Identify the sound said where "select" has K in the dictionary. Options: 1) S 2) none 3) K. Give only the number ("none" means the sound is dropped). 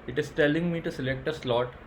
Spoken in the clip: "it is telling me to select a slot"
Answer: 3